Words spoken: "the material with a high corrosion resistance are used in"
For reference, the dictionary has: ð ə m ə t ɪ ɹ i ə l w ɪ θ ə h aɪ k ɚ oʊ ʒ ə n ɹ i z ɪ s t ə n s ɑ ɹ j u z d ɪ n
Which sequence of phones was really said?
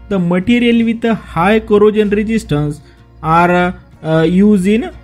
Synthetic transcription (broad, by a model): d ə m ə t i ɹ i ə l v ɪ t ə h aɪ k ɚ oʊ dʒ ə n ɹ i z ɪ s t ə n s ɑ ɹ j u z ɪ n